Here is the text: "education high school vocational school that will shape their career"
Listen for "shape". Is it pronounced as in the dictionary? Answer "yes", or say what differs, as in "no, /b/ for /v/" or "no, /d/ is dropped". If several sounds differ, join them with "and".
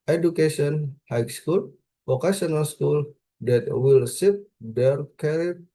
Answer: no, /s/ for /ʃ/